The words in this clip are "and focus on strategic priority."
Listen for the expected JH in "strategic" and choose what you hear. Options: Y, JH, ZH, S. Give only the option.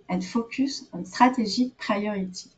ZH